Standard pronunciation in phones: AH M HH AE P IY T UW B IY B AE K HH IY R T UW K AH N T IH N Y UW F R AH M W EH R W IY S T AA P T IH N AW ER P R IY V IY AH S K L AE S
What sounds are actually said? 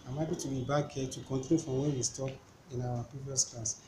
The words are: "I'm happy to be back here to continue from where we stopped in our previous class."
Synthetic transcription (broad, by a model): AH M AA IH B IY T UW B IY B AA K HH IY T UW K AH N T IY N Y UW F R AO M W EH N W IY S T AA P IH N AW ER P R IY V IY AH S K L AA S